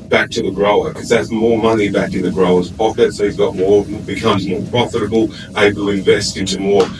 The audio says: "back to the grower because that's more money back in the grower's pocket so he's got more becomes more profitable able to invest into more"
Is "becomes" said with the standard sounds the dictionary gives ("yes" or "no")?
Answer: yes